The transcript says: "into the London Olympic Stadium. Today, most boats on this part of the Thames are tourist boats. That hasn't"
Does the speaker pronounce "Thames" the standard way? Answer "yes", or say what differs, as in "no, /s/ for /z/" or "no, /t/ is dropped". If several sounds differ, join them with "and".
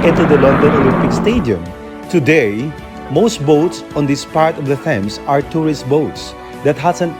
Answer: no, /s/ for /z/